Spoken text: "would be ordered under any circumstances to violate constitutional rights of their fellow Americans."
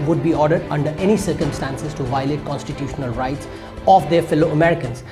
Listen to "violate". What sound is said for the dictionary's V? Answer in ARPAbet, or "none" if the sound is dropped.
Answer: V